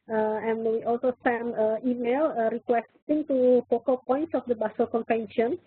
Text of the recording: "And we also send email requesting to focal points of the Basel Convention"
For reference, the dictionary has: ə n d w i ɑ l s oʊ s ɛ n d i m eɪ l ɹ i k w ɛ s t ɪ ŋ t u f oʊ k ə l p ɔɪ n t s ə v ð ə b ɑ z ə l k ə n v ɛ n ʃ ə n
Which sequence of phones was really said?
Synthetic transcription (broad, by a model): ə n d w i ɑ l s oʊ s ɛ n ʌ i m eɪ l ɹ i k w ɛ s t ɪ ŋ t u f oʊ k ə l p ɔɪ n t s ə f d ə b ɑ s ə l k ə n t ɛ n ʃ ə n